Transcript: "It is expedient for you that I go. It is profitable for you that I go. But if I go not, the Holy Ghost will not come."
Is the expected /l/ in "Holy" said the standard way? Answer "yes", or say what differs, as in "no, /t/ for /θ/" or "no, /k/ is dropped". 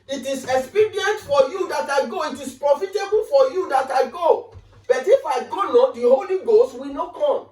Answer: yes